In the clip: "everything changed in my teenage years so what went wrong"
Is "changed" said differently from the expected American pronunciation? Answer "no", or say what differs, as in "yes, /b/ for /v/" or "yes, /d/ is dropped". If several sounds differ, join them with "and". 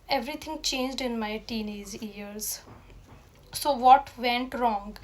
no